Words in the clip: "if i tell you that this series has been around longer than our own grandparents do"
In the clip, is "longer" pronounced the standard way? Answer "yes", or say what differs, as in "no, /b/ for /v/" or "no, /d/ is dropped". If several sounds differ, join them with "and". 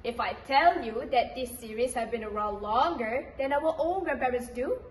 yes